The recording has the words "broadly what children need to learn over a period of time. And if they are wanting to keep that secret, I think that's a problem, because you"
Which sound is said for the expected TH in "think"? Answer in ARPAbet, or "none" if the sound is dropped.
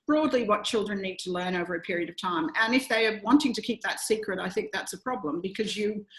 TH